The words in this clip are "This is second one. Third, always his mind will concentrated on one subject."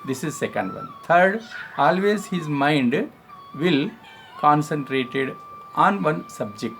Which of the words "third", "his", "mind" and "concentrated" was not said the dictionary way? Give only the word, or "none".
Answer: third